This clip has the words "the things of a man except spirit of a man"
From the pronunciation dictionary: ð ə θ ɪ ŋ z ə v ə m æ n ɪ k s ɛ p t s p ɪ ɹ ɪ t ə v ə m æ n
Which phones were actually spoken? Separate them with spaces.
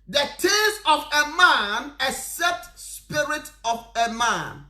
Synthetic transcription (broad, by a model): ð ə t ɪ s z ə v ə m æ n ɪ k s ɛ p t s p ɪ ɹ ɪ t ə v ə m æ n